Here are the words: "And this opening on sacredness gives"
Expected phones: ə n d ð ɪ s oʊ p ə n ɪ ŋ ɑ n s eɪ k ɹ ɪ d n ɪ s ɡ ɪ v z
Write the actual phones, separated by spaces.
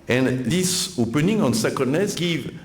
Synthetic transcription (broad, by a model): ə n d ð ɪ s oʊ p ə n ɪ ŋ ɑ n s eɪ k ɪ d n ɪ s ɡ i v